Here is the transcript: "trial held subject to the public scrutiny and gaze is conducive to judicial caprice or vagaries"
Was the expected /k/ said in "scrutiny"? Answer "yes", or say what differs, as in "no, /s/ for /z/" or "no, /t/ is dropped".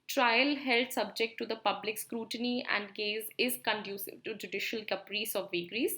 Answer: yes